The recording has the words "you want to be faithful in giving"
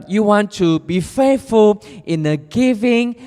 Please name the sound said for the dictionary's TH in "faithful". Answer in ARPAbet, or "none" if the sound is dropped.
F